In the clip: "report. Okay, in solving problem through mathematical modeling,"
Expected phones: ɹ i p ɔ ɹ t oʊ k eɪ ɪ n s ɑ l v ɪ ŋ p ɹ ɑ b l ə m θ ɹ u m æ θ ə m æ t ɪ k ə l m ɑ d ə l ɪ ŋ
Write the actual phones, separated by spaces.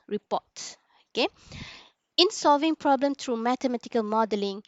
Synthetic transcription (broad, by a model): ɹ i p ɔ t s oʊ k eɪ ɪ n s ɑ l v ɪ ŋ p ɹ ɑ b l ə m t ɹ u m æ t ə m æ t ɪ k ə l m ɑ d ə l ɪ ŋ